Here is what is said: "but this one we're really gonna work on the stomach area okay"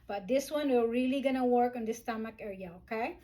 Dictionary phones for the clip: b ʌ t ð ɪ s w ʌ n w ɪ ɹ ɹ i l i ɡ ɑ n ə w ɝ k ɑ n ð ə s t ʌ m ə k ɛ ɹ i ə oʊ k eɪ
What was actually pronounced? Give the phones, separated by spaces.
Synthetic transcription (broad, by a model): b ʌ t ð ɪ s w ʌ n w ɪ l ɹ i l i ɡ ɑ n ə w ɝ k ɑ n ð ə s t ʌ m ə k ɛ ɹ i ə oʊ k eɪ